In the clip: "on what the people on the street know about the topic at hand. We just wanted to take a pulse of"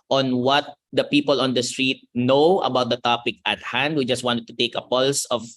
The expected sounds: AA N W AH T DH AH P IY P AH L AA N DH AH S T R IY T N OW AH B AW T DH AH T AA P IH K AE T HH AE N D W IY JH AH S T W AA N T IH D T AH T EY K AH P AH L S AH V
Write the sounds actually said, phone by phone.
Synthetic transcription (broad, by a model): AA N W AH T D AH P IY P AH L AA N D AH S T R IY T N OW AH B AW T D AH T AA P IH K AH T HH AE N D W IY JH AH S T W AA N T IH D T AH T EY K AH P AH L S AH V